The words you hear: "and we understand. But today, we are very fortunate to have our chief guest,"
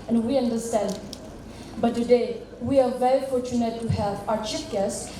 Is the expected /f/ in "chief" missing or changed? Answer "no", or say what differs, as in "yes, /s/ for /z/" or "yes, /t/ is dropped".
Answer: yes, /p/ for /f/